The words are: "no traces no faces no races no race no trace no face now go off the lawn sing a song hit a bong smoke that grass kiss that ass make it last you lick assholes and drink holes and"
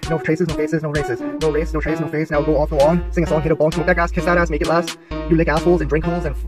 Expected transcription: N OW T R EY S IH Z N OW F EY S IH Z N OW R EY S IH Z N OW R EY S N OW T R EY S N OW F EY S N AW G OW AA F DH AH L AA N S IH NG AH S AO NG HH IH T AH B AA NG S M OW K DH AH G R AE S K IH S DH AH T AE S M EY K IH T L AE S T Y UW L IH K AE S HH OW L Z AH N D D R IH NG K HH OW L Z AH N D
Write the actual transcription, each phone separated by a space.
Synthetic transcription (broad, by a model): N OW T R EY S IH Z N OW F EY S IH Z N OW R EY S IH Z N OW R EY S N OW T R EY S N OW F EY S N AW G OW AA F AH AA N S IH NG AH S AO NG HH IH T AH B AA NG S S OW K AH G AE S K IH S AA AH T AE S M EY K IH T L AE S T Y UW L IH K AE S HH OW L Z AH N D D R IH NG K HH OW L Z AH N